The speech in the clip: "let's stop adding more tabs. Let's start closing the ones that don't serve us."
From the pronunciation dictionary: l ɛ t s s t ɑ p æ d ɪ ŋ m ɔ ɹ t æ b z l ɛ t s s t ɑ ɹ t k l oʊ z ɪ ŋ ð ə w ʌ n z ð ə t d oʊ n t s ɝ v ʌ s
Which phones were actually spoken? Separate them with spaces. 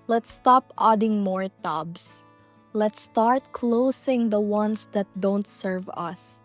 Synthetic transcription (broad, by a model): l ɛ t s s t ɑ p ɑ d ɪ ŋ m ɔ ɹ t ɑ b s l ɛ t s s t ɑ ɹ t k l oʊ s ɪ ŋ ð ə w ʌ n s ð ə t d oʊ n t s ɝ v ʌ s